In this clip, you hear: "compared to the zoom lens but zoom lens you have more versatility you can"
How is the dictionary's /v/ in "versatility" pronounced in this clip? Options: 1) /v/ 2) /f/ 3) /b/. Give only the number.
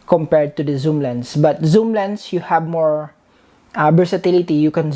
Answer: 3